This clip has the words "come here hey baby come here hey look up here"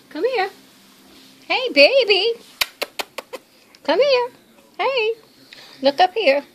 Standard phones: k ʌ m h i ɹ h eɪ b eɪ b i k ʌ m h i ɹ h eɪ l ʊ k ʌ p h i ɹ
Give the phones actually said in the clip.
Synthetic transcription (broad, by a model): k ʌ m h i ɹ h eɪ b eɪ b i k ʌ m h i ɹ h eɪ l ʊ k ʌ p h i ɹ